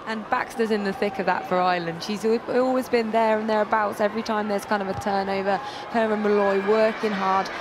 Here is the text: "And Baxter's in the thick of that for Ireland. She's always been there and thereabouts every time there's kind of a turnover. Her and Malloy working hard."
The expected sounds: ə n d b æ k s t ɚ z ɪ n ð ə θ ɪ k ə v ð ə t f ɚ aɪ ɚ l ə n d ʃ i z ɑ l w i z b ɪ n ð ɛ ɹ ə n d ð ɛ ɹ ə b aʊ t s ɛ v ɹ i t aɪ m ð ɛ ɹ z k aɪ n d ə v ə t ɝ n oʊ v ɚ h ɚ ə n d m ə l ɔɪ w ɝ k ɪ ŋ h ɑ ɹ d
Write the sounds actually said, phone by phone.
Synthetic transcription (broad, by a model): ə n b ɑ k s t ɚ z ɪ n ð ə θ ɪ k ə v ð ə t f ɚ aɪ l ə n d ʃ i z ɑ l w i z b ɪ n ð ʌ ɹ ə n ð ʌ ɹ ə b aʊ t s ɛ v ɹ i t aɪ m ð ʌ ɹ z k aɪ n d ə v ə t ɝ n oʊ v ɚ h ɚ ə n m ə l ɔɪ w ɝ k ɪ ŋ h ɑ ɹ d